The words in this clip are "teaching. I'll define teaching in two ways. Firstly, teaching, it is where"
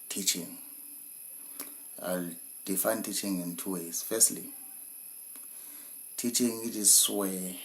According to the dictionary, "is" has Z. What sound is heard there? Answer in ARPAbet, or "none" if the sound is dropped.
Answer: S